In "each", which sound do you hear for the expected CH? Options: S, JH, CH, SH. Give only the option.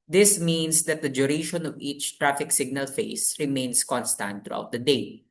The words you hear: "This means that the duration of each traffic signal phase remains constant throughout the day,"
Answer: CH